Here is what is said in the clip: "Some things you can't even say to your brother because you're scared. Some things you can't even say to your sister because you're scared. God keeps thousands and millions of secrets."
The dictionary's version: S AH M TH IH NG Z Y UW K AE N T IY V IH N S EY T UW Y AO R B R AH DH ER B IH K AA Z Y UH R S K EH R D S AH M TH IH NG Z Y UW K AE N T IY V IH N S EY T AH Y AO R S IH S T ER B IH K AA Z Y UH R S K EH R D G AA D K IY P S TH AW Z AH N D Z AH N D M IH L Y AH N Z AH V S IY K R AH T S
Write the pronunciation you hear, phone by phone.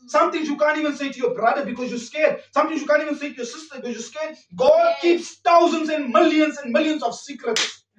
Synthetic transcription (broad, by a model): S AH M T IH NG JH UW K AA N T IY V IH N S EY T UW Y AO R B R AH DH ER B IH K AA Z Y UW S K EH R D S AH M T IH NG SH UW K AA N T IY V IH N S EY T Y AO S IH S T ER B IH K AA Z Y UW S K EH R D G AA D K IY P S T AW Z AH N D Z AH N D M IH L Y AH N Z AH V S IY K R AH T S